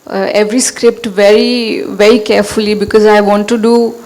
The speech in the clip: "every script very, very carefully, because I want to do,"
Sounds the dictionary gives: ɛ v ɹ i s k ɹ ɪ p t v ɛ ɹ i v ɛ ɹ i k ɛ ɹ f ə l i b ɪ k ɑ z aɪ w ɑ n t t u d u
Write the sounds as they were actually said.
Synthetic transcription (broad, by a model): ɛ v ɹ i s k ɹ ɪ p t v ɛ ɹ i v ɛ ɹ i k ɛ ɹ f ə l i b ɪ k ɑ z aɪ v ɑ n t t u d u